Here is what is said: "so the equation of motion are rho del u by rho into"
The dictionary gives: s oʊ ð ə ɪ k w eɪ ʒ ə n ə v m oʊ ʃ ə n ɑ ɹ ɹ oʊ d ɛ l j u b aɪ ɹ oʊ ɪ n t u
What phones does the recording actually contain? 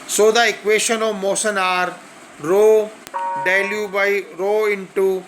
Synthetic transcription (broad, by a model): s oʊ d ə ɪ k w eɪ ʃ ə n ə v m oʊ s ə n ɑ ɹ ɹ oʊ d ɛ l j u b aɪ ɹ oʊ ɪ n t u